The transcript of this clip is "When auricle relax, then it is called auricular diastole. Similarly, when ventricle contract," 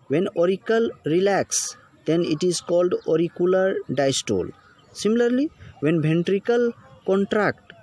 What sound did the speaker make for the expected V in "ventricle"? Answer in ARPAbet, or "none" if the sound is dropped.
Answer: B